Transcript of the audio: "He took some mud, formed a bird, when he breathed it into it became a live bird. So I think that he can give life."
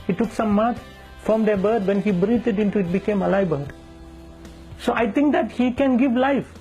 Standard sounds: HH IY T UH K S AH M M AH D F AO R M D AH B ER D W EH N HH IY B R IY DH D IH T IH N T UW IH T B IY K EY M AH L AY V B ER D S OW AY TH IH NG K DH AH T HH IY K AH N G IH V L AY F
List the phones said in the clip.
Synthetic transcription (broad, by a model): HH IY T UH K S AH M M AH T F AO M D AH B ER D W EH N HH IY B R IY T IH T IH N T UW IH T B IY K EY M AH L AY B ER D S OW AY T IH NG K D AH T HH IY K AH N G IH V L AY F